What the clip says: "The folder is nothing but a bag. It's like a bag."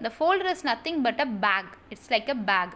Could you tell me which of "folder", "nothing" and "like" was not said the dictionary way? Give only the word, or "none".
nothing